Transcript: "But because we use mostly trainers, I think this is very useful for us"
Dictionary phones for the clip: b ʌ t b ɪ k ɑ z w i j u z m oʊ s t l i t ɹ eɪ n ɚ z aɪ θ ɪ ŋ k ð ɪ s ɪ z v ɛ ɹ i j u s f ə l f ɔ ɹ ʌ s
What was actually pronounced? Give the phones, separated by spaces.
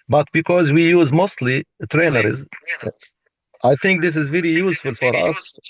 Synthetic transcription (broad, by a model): b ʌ t b ɪ k ɑ z w i j u z m oʊ s t l i t ɹ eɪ n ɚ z aɪ θ ɪ ŋ k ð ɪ s ɪ z v ɛ ɹ i j u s f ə l f ɔ ɹ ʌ s